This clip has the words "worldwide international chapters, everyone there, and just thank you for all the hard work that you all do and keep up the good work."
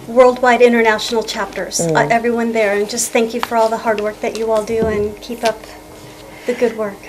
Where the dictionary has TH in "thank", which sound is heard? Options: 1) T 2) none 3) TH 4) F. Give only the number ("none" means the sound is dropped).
3